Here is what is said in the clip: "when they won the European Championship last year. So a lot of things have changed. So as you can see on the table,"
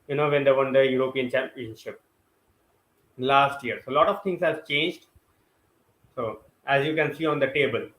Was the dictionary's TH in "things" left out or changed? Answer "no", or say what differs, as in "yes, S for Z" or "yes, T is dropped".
yes, T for TH